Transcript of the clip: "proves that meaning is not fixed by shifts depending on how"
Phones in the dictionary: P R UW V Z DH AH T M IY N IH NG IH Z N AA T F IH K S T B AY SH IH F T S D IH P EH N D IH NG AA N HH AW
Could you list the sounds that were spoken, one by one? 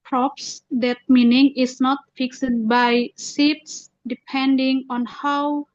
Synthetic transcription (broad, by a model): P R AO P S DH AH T M IY N IH NG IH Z N AA T F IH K S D B AY S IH T S D IH P EH N D IH NG AA N HH AW